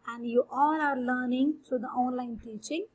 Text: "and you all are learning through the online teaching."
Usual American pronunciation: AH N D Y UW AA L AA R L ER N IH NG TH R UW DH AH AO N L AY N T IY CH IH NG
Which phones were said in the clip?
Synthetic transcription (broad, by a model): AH N D Y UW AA N AA R L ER N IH NG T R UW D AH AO N L AY N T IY CH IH NG